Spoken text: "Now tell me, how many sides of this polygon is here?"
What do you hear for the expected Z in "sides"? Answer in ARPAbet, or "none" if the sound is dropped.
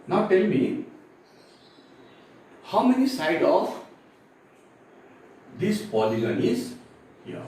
none